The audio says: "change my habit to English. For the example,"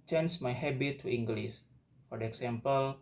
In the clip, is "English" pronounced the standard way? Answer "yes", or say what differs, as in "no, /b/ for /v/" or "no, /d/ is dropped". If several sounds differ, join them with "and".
no, /s/ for /ʃ/